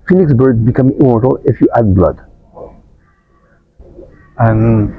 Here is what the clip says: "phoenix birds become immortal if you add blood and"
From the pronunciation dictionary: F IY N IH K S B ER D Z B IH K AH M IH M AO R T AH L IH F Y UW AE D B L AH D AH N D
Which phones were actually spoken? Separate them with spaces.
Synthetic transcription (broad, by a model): F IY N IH K S B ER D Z B IH K AH M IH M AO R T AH L IH F Y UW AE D B L AH D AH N